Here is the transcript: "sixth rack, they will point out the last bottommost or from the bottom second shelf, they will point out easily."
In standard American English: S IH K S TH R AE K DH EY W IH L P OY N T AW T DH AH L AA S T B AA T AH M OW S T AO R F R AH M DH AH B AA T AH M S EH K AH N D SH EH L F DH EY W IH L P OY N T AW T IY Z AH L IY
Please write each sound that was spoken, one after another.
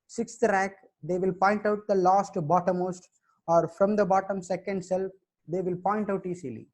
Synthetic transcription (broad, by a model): S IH K S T R AE K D EY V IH L P OY N T AW T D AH L AA S T B AA T AH M OW S T AO R F R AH M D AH B AA T AH M S EH K AH N D S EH L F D EY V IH L P OY N T AW T IY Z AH L IY